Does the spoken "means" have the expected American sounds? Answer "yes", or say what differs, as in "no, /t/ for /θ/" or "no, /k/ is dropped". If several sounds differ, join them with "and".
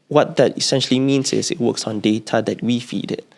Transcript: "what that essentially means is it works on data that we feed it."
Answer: no, /s/ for /z/